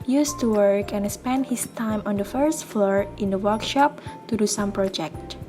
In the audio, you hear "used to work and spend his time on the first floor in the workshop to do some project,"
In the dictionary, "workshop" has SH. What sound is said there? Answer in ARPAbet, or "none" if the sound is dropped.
SH